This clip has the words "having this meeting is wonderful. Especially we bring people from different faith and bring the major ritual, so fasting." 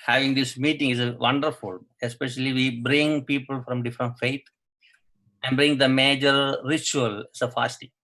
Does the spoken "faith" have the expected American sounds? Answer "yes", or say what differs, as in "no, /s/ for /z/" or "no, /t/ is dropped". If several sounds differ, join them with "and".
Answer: no, /t/ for /θ/